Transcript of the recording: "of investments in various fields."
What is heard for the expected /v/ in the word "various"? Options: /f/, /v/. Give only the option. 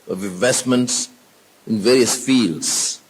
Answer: /v/